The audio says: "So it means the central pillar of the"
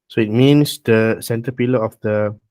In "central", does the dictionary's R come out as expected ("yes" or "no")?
no